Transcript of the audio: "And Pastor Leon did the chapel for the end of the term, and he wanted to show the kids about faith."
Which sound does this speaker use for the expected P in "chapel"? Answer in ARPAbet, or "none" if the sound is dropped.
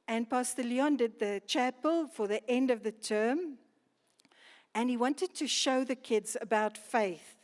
P